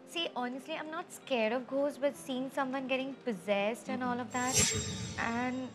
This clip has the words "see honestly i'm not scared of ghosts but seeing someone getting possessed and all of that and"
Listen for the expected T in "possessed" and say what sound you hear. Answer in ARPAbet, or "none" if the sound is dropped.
T